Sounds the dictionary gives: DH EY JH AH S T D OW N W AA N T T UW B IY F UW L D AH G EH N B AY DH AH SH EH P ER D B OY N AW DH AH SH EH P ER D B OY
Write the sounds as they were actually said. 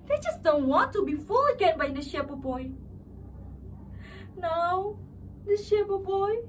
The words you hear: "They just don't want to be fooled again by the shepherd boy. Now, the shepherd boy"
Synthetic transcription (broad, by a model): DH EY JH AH S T D OW N W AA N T T UW B IY F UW L AH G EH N B AY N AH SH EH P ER B OY N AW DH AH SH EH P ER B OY